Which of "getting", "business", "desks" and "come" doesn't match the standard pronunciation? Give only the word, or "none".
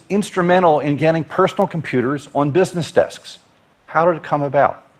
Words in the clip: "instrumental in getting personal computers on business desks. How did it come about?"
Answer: none